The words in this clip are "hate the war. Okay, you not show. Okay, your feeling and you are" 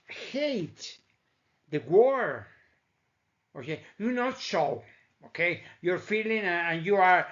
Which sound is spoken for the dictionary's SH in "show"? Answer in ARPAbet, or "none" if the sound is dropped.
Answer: S